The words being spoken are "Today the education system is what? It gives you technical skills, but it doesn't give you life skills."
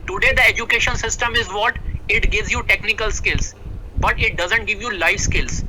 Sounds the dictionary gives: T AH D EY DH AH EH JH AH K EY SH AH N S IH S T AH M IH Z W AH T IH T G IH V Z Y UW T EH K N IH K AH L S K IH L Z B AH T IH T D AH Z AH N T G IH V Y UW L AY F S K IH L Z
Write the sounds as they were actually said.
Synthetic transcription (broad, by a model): T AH D EY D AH EH JH AH K EY SH AH N S IH S T AH M IH Z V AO T IH T G IH V Z Y UW T EH K N IH K AH L S K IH L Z B AH T IH T D AH Z AH N T G IH V Y UW L AY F S K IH L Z